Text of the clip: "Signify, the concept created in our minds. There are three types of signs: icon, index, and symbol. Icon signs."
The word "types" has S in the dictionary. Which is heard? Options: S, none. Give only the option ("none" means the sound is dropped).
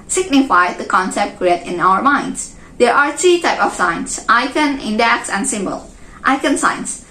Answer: none